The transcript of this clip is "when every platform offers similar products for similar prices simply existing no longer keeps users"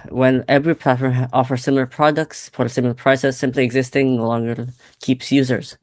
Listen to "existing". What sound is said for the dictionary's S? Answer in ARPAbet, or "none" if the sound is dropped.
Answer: S